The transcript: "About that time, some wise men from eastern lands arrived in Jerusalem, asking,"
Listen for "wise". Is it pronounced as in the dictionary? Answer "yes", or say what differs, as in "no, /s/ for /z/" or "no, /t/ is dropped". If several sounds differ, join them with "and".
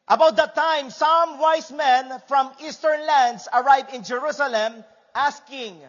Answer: no, /s/ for /z/